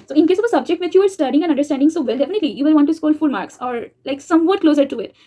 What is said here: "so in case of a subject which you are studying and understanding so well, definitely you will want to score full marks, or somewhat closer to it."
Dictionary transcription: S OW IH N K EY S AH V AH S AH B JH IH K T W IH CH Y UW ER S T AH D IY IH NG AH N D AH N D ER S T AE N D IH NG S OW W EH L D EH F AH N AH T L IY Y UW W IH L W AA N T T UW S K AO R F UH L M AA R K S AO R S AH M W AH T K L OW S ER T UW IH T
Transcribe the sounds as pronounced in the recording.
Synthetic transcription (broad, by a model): S OW IH N K EY S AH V AH S AH B JH IH K T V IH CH Y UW ER S T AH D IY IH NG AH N AH N D ER S T AE N D IH NG S OW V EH L D EH F AH N AH T L IY Y UW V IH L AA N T T UW S K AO L F UH L M AA R K S AO R S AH M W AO T K L OW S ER T UW IH T